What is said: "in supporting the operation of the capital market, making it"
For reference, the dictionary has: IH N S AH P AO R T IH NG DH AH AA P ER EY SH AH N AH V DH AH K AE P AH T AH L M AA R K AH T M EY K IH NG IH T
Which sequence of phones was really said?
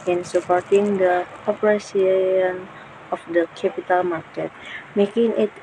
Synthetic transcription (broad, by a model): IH N S AH P AO R T IH NG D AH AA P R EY S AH N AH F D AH K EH P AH T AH L M AA R K AH T M EY K IH NG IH T